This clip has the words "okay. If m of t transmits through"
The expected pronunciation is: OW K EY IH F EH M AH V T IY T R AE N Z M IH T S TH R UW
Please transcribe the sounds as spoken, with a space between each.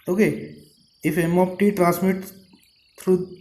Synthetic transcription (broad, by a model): OW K EY IH F EH M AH P T IY T R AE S M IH T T R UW